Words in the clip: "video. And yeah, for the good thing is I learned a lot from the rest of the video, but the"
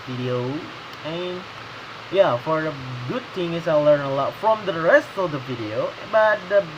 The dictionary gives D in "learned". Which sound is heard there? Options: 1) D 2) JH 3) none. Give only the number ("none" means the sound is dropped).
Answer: 3